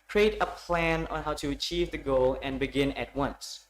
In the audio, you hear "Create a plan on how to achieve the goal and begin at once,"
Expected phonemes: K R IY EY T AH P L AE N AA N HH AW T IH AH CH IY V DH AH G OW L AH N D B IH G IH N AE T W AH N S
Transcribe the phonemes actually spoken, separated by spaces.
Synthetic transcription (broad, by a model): K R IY EY T AH P L AE N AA N HH AW T IH AH CH IY V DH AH G OW L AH N B IH G IH N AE T W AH N S